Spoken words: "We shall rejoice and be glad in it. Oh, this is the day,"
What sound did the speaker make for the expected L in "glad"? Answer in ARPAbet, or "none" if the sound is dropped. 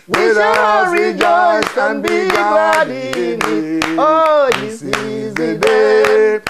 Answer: none